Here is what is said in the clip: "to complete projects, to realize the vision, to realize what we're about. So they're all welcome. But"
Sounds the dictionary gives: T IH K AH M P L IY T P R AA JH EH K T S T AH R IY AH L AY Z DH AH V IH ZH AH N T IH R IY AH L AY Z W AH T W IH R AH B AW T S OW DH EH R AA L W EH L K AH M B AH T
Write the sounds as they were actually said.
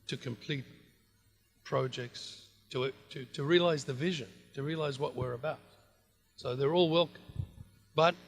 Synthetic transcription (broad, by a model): T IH K AH M P L IY T P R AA JH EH K T S T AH R IY AH L AY Z DH AH V IH ZH AH N T IH R IY AH L AY Z W AH T W IH R AH B AW T S OW DH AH R AA L W EH L K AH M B AH T